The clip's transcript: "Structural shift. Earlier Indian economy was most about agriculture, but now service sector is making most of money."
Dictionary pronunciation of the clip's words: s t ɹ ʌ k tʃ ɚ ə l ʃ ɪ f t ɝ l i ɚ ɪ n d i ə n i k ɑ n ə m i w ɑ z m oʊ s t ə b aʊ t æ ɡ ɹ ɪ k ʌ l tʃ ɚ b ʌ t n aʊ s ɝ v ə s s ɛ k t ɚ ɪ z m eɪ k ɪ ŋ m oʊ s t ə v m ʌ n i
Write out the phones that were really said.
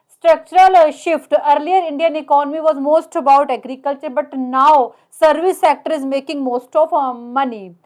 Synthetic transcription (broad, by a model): s t ɹ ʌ k tʃ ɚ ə l ʃ ɪ f t ɝ l i ɚ ɪ n d i ə n i k ɑ n ə m i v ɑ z m oʊ s t ə b aʊ t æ ɡ ɹ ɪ k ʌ l tʃ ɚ b ʌ t n aʊ s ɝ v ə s s ɛ k t ɚ ɪ z m eɪ k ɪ ŋ m oʊ s t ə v m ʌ n i